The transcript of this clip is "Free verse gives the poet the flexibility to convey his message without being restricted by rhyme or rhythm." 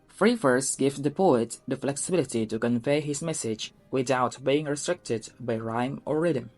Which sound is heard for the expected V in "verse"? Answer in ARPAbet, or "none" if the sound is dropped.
F